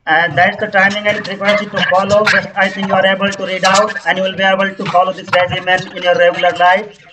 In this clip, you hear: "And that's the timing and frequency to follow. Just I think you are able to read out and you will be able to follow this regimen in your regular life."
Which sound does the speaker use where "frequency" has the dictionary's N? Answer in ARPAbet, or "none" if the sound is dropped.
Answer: none